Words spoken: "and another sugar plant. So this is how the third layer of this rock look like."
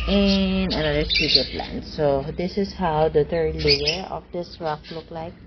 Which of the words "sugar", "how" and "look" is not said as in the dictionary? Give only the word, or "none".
sugar